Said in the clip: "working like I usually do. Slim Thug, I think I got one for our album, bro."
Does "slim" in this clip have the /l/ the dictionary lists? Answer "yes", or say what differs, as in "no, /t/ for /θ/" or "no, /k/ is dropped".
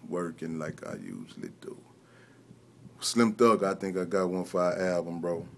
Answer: yes